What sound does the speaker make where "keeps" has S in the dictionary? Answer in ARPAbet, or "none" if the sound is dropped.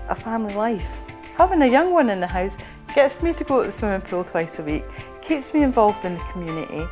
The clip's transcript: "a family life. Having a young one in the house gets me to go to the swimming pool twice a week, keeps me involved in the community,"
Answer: S